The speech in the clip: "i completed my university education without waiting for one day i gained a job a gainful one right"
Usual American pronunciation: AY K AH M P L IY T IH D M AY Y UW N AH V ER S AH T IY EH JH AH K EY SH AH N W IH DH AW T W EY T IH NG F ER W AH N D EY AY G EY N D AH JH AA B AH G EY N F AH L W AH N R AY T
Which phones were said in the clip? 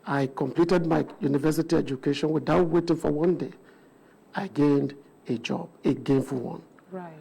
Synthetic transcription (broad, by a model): AY K AH M P L IY T IH D M AY Y UW N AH V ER S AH T IY EH JH AH K EY SH AH N W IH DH AW T W EY T IH NG F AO W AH N D EY AY G EY N D AH JH AA B AH G EY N F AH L W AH N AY